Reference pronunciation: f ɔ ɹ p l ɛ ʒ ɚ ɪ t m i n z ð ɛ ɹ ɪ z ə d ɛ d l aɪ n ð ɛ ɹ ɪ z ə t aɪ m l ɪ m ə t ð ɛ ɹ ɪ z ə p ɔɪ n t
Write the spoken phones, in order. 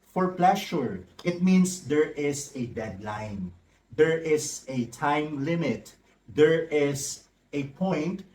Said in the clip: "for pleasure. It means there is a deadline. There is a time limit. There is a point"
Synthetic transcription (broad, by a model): f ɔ ɹ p l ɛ ʃ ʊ ɪ t m i n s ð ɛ ɹ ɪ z ə d ɛ d l aɪ n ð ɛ ɹ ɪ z ə t aɪ m l ɪ m ə t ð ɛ ɹ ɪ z ə p ɔɪ n t